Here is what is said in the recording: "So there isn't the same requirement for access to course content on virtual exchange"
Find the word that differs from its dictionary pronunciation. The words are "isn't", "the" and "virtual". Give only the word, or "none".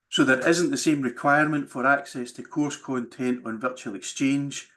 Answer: none